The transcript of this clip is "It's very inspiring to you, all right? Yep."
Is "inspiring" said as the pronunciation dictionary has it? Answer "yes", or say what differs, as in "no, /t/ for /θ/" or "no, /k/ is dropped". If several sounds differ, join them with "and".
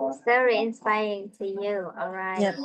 yes